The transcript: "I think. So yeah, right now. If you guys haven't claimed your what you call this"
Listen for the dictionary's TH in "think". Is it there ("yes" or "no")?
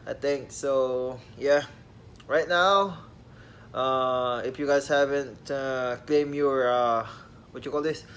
no